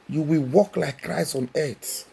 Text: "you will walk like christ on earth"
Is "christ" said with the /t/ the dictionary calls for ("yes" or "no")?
no